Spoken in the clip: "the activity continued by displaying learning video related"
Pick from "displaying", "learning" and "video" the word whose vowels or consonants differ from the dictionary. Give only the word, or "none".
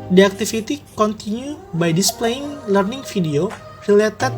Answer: video